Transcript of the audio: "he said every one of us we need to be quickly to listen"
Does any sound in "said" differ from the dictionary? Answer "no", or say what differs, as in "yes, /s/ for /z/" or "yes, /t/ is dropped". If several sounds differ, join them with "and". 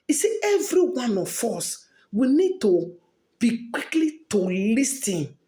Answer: yes, /d/ is dropped